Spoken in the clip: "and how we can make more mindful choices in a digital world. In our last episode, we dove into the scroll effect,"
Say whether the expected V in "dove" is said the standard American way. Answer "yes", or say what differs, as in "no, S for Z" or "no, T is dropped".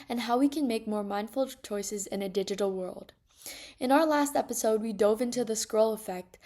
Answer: yes